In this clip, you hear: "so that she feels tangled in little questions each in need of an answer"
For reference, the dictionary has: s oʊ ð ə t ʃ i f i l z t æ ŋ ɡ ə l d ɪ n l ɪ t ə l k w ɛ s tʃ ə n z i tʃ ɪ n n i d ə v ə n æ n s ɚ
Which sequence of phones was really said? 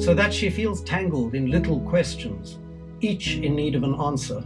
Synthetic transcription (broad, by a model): s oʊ ð ə t ʃ i f i l z t æ ŋ ɡ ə l d ɪ n l ɪ t l k w ɛ s tʃ ə n z i tʃ ɪ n n i d ə v ə n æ n s ɚ